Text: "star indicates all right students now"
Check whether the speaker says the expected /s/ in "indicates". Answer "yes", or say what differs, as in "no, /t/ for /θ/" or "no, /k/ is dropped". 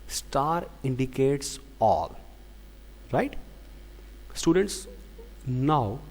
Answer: yes